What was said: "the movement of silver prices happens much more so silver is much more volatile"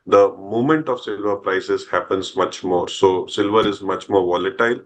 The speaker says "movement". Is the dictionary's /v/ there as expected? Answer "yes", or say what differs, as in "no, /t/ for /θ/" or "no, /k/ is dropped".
no, /v/ is dropped